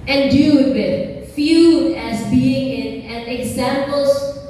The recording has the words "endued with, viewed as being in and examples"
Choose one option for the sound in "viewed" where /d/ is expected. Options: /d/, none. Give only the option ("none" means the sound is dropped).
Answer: none